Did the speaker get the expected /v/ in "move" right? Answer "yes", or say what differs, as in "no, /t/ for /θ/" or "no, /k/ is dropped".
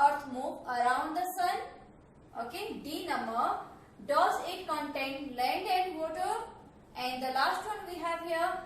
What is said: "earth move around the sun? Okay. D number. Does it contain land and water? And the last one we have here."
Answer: no, /p/ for /v/